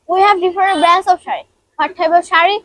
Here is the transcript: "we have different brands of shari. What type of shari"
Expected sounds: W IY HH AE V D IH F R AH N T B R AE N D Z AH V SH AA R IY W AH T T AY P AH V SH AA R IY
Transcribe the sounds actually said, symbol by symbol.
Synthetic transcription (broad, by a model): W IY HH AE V D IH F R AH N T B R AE N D S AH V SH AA R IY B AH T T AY B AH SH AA R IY